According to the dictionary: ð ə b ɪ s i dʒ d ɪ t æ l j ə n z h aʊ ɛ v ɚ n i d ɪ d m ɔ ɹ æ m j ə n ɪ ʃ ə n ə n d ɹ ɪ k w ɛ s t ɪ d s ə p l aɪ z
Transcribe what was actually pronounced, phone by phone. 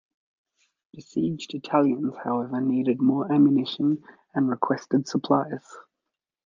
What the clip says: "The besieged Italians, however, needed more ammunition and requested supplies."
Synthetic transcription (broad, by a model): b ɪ s i dʒ d ɪ t æ l j ə n z h aʊ ɛ v ɚ n i d ɪ d m ɔ ɹ æ m j ə n ɪ ʃ ə n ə n ɹ ɪ k w ɛ s t ɪ d s ə p l aɪ z